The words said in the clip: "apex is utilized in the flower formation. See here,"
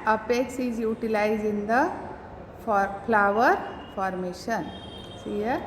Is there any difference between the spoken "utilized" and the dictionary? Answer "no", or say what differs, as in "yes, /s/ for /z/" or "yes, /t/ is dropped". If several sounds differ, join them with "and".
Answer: yes, /d/ is dropped